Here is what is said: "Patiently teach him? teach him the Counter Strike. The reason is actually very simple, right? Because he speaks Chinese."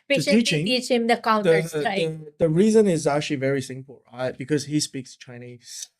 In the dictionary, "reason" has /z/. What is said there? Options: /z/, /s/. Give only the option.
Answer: /z/